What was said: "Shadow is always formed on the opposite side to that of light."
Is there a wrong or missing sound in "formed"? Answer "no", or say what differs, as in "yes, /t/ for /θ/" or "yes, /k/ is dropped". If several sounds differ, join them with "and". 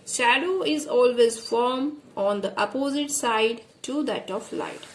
yes, /d/ is dropped